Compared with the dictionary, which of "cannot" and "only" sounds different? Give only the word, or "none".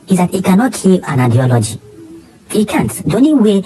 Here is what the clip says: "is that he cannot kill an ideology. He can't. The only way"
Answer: only